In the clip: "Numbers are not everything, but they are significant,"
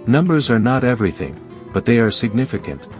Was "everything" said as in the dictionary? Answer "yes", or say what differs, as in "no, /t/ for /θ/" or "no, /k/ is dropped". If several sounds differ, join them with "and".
yes